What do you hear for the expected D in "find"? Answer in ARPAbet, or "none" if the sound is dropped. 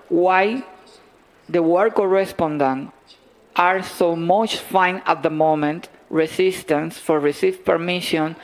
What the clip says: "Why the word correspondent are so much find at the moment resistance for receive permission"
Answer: none